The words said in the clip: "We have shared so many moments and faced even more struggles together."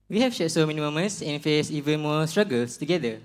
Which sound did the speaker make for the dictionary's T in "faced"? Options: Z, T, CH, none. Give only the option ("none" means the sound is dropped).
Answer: none